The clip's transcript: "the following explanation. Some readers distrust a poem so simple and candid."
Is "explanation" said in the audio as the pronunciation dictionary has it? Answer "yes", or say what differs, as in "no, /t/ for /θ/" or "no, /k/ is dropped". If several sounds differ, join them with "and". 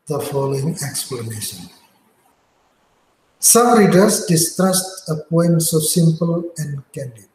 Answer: yes